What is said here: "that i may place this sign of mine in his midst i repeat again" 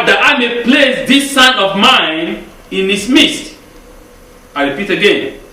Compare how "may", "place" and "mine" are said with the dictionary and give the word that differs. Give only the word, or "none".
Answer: none